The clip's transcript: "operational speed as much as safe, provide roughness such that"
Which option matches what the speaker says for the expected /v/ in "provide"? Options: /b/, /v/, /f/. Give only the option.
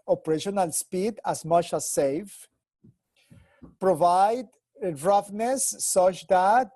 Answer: /v/